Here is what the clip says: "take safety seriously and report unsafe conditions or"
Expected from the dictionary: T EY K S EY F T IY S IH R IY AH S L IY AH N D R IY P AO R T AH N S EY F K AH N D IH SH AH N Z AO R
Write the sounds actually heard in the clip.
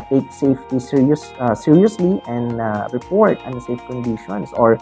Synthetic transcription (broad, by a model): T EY K S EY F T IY S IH R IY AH S L IY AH N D R IY P AO R T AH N S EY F K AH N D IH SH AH N S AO R